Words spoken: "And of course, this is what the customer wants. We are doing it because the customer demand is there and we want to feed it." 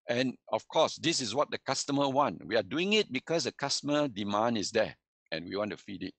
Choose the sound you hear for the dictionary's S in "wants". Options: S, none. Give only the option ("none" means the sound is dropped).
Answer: none